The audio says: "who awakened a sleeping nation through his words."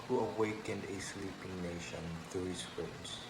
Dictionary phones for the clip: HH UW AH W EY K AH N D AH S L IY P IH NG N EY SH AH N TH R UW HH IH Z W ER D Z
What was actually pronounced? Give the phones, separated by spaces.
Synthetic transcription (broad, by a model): HH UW AH W EY K AH N D AH S L IY P IH NG N EY SH AH N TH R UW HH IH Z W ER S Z